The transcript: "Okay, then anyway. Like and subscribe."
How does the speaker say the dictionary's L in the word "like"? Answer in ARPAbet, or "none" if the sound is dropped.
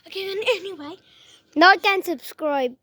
N